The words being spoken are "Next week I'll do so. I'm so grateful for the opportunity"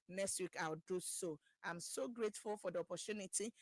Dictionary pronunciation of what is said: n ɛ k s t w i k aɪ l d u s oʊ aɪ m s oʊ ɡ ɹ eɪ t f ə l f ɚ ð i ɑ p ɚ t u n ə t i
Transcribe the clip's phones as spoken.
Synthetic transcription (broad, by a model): n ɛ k s t w i k aɪ w d u s oʊ aɪ m s oʊ ɡ ɹ eɪ t f ə l f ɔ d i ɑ p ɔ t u n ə t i